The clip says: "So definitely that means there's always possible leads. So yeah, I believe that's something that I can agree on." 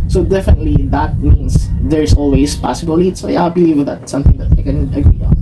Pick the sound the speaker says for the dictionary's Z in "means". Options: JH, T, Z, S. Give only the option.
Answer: S